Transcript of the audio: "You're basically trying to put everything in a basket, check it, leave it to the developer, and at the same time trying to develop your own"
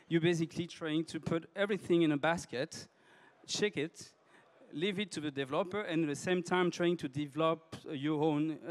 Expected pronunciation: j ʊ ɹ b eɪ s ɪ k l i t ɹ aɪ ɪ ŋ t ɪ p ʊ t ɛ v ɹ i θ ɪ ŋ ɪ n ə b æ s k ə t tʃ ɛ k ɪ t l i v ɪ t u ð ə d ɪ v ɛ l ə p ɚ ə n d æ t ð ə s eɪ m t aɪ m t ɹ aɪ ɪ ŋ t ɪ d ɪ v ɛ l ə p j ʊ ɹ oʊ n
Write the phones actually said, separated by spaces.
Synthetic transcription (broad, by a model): j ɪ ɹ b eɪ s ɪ k l i t ɹ aɪ ɪ ŋ t ɪ p ʊ t ɛ v ɹ i θ ɪ ŋ ɪ n ə b æ s k ə t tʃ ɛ k ɪ t l i v ɪ t u ð ə d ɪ v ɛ l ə p ɚ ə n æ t ð ə s eɪ m t aɪ m t ɹ aɪ ɪ ŋ t ɪ d ɪ v ɛ l ə p j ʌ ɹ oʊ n